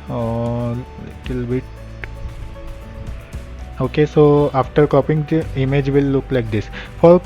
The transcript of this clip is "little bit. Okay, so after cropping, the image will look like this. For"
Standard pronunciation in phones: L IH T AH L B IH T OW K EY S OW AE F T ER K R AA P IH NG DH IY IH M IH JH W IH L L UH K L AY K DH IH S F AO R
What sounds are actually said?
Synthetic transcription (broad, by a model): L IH T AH L B IH T OW K EY S OW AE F T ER K AA P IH NG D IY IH M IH JH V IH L L UH K L AY K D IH S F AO R